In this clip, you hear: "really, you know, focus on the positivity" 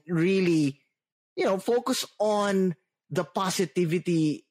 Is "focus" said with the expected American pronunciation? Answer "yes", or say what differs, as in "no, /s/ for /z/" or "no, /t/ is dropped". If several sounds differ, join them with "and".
yes